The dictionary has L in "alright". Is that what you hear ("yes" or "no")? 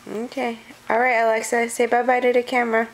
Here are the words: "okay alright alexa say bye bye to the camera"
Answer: yes